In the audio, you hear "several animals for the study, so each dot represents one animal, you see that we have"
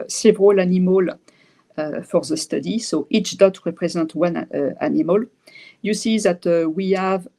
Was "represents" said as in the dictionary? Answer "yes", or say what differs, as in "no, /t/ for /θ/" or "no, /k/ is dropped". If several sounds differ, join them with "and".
no, /n/ is dropped and /s/ is dropped